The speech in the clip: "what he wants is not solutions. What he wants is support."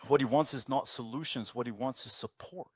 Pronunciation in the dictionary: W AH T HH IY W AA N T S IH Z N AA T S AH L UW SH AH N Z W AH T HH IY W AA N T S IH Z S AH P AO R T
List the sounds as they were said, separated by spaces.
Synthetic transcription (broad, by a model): W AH T HH IY W AA N T S IH Z N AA T S AH L UW SH AH N Z W AH T HH IY W AA N T S IH Z S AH P AO R T